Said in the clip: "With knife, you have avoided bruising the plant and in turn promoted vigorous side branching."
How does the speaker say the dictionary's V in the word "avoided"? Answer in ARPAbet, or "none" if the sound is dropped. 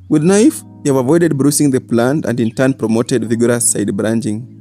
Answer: V